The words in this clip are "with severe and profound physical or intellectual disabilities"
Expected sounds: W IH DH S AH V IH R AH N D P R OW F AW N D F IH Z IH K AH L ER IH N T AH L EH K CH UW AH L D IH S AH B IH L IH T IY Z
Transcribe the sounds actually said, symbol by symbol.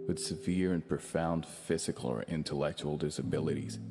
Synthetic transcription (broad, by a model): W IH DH S AH V IH R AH N P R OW F AW N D F IH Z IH K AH L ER IH N T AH L EH K CH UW L D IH S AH B IH L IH T IY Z